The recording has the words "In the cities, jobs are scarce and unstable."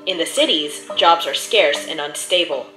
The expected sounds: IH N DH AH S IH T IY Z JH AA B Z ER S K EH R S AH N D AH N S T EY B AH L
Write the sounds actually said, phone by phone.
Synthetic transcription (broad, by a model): IH N DH AH S IH T IY Z JH AA B Z ER S K EH R S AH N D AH N S T EY B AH L